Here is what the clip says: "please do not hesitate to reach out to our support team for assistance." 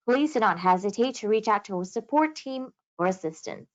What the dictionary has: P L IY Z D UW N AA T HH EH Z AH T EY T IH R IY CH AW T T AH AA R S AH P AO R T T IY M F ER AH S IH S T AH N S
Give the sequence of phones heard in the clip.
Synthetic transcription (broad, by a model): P L IY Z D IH N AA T HH EH Z AH T EY T IH R IY CH AW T T AH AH S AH P AO R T T IY M F ER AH S IH S T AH N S